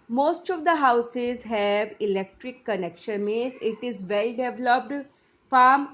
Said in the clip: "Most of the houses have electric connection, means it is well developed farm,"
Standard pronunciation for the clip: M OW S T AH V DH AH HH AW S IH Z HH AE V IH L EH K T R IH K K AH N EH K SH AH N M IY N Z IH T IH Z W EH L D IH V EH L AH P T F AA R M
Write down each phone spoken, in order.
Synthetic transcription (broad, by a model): M OW S T AH V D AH HH AW S IH Z HH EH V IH L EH K T R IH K K AH N EH K SH AH N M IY Z IH T IH Z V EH L D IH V L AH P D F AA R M